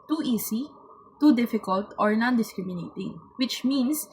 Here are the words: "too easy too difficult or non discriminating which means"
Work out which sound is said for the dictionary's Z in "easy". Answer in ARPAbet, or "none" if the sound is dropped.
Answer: S